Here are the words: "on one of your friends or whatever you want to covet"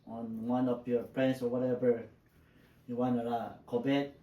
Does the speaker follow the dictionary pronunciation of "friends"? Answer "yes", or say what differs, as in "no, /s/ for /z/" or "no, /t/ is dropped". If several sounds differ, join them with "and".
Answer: no, /p/ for /f/ and /s/ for /z/